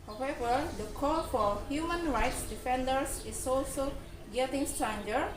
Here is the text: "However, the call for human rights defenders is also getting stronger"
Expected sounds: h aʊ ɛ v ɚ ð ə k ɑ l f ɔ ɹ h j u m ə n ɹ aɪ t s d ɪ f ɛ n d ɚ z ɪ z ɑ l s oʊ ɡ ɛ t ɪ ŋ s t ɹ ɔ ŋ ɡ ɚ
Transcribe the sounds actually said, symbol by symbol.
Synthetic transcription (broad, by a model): h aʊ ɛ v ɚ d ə k ɑ l f ɔ ɹ h j u m ə n ɹ aɪ t s d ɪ f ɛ n d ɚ s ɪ s ɑ l s oʊ ɡ ɛ t ɪ ŋ s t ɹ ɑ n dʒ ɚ